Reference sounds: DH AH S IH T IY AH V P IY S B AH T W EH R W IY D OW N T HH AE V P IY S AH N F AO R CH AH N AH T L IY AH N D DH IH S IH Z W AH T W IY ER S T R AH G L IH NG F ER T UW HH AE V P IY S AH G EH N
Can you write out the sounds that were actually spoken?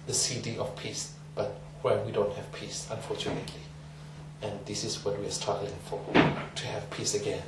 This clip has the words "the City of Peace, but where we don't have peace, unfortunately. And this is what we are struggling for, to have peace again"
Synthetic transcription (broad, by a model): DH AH S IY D IY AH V P IY S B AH T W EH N W IY D OW N T HH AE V P IY S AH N F AO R CH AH N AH T L IY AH N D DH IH S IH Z W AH T W IY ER S T AA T L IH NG F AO T UW HH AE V P IY S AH G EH N